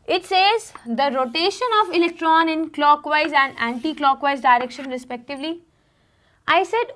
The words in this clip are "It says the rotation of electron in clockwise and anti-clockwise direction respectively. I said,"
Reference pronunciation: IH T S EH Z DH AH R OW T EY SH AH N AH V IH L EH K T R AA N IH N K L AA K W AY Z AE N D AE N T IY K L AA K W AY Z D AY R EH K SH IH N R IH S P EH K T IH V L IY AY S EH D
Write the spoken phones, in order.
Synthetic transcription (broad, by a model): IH T S EH Z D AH R OW T EY SH AH N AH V IH L EH K T R AA N IH N K L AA K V AY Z AE N D AE N T IY K L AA K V AY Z D AY R EH K SH IH N R IH S P EH K T IH V L IY AY S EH D